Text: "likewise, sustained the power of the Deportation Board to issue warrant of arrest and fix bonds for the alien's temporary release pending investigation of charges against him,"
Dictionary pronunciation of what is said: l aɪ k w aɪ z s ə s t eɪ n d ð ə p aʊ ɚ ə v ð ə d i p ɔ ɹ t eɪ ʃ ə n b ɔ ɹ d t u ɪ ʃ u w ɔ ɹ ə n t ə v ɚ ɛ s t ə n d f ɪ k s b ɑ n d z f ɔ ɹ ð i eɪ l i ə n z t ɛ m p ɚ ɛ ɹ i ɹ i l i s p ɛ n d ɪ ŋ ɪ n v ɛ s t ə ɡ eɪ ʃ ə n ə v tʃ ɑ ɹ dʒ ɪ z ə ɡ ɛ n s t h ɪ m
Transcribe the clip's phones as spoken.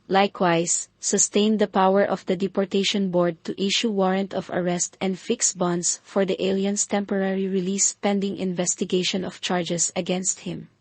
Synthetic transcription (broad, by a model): l aɪ k w aɪ s ə s t eɪ n d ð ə p aʊ ɚ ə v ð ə d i p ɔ ɹ t eɪ ʃ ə n b ɔ ɹ d t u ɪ ʃ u w ɔ ɹ ə n t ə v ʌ ɛ s t ə n d f ɪ k s b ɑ n d s f ɔ ɹ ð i eɪ l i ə n s t ɛ m p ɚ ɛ ɹ i ɹ i l i s p ɛ n d ɪ ŋ ɪ n v ɛ s t ə ɡ eɪ ʃ ə n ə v tʃ ɑ ɹ dʒ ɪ s ə ɡ ɛ n s t h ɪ m